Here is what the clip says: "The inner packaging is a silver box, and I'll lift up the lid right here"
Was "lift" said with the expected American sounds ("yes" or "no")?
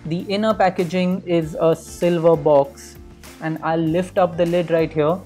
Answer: yes